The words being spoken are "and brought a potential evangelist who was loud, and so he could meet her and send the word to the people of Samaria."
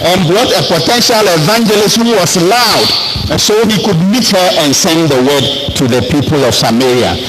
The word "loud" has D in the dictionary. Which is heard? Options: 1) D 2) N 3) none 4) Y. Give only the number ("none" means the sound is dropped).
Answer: 3